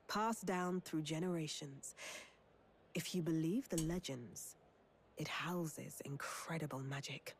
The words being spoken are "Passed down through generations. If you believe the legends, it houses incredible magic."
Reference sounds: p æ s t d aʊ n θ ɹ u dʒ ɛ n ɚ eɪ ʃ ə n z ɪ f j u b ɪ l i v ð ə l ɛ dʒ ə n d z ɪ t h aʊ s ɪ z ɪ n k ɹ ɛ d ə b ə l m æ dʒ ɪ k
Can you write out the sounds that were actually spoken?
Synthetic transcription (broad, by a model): p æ s d aʊ n θ ɹ u dʒ ɛ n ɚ eɪ ʃ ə n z ɪ f j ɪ b ɪ l i v ð ə l ɛ dʒ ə n d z ɪ t h aʊ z ɪ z ɪ n k ɹ ɛ d ə b ə l m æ dʒ ɪ k